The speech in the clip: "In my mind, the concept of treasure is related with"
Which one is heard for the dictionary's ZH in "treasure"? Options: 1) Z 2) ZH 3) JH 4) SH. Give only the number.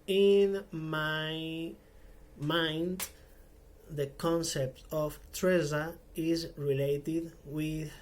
1